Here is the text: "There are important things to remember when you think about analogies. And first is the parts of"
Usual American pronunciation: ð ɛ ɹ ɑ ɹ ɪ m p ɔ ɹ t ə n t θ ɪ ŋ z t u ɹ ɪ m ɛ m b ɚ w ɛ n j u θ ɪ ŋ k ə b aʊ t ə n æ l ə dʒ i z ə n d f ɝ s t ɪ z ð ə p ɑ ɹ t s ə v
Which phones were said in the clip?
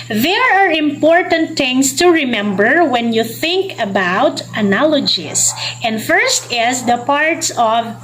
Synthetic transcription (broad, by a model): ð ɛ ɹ ɑ ɹ ɪ m p ɔ ɹ t ə n t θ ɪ ŋ s t u ɹ ɪ m ɛ m b ɚ w ɛ n j u θ ɪ ŋ k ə b aʊ t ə n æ l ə dʒ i s ə n d f ɝ s t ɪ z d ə p ɑ ɹ t s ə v